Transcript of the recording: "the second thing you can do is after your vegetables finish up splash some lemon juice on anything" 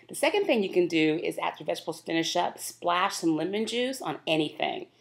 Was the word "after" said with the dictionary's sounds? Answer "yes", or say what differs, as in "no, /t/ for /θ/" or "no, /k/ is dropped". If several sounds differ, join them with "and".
no, /f/ is dropped